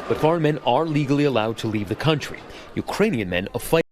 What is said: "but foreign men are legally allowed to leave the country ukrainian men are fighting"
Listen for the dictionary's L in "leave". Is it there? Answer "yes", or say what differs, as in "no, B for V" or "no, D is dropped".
yes